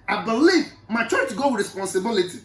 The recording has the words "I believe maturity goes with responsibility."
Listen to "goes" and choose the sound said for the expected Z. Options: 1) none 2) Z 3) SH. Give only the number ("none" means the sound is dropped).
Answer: 1